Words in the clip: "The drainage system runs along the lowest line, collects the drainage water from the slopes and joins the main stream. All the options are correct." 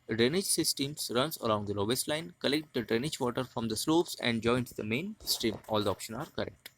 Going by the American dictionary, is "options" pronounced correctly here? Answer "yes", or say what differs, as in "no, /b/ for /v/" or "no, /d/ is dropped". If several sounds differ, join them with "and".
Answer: no, /z/ is dropped